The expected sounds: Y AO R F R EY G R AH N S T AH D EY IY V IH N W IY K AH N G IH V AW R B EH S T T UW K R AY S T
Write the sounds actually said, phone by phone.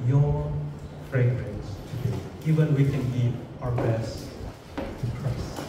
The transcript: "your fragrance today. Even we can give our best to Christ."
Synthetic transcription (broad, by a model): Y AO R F R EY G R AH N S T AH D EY IY V IH N W IY K AH N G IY AW R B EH S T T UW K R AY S